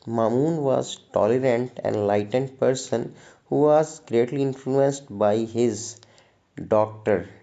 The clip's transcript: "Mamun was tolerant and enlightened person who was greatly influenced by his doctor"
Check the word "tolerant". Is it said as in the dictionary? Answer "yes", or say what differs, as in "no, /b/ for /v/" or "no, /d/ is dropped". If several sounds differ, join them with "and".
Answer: no, /n/ is dropped